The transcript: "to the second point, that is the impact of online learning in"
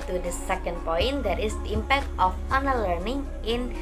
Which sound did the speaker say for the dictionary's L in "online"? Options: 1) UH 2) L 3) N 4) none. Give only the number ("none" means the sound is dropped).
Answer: 4